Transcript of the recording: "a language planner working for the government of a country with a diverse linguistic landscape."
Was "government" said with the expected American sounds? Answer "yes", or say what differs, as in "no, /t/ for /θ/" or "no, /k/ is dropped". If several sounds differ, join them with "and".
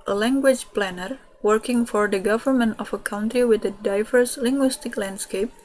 yes